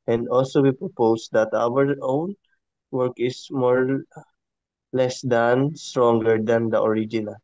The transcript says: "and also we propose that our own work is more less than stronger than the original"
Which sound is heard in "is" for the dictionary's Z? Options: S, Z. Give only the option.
S